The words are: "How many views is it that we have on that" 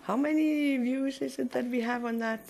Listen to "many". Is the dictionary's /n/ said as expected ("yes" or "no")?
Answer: yes